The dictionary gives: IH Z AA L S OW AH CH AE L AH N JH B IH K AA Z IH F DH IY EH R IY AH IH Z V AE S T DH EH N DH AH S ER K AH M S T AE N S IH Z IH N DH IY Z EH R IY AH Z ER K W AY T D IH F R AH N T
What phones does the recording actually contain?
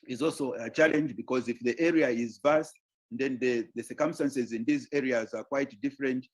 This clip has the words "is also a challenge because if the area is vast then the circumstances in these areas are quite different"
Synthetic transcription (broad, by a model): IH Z AA L S OW AH CH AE L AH N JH B IH K AA Z IH F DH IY EH R IY AH IH Z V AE S T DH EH N DH AH S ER K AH M S T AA N S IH Z IH N DH IY Z EH R IY AH Z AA K W AY T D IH F R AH N T